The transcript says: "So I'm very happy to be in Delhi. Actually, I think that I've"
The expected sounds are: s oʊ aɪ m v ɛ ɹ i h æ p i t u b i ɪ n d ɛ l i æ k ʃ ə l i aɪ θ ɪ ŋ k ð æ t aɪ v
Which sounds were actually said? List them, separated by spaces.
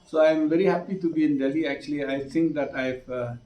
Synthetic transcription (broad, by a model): s oʊ aɪ m v ɛ ɹ i h æ p i t u b i ɪ n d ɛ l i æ k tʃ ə l i aɪ t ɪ ŋ k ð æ t aɪ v